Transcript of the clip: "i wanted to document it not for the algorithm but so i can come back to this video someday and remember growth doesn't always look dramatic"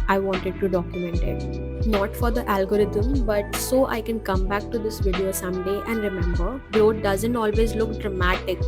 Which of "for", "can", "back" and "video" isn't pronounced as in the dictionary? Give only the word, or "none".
none